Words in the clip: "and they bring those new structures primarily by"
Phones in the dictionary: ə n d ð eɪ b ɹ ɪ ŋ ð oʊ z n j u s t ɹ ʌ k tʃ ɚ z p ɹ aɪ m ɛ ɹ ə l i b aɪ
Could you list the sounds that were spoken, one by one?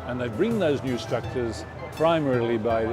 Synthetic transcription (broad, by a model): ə n ð eɪ b ɹ ɪ ŋ ð oʊ z n j u s t ɹ ʌ k tʃ ɚ z p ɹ aɪ m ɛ ɹ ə l i b aɪ